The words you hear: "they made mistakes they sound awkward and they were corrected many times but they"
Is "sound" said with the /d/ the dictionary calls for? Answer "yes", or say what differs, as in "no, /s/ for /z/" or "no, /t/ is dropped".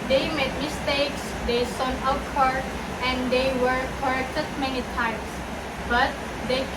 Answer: no, /d/ is dropped